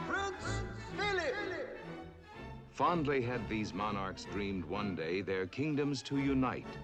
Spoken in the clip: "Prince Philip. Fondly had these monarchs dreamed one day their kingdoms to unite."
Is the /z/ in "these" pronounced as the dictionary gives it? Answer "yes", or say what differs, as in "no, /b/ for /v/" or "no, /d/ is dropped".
yes